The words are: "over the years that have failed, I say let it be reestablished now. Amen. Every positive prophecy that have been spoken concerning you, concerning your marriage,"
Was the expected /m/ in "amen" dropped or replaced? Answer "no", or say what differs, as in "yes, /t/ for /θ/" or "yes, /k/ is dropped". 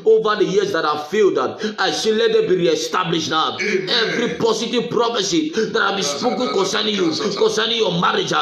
yes, /m/ is dropped